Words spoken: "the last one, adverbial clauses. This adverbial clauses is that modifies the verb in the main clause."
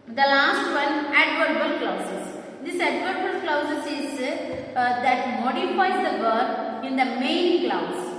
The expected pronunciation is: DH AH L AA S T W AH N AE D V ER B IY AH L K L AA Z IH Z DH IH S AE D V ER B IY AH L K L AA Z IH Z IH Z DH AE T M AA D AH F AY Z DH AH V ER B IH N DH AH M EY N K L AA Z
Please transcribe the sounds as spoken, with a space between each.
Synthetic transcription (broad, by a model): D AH L AA S T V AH N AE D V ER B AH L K L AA S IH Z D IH S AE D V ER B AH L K L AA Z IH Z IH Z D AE T M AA D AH F AY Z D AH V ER IH N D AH M EY N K L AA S